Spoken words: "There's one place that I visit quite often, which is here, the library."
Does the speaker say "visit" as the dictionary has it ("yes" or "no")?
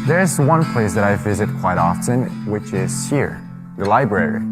yes